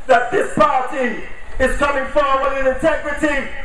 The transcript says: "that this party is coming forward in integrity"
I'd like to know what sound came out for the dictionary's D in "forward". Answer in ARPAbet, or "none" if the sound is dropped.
none